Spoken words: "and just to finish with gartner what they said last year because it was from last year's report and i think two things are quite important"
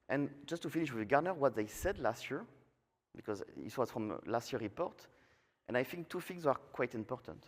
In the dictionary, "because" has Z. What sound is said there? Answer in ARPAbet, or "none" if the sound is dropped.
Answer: Z